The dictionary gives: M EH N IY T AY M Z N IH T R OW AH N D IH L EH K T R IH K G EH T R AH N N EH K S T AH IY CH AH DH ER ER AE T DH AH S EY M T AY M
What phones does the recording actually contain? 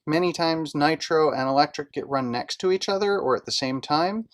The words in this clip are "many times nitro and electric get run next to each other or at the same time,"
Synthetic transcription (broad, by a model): M EH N IY T AY M Z N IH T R OW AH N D IH L EH K T R IH K G EH T R AH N N EH K S T AH IY CH AH DH ER ER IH T DH AH S EY M T AY M